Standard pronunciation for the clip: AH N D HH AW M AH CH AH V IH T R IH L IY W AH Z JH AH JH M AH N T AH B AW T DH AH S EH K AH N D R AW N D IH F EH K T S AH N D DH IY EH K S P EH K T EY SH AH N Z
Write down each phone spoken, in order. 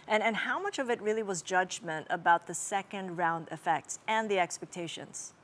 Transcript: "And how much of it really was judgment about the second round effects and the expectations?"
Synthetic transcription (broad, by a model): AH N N HH AW M AH CH AH V IH T R IH L IY W AH Z JH AH JH M AH N T AH B AW T DH AH S EH K AH N D R AW N D IH F EH K T S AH N DH IY EH K S P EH K T EY SH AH N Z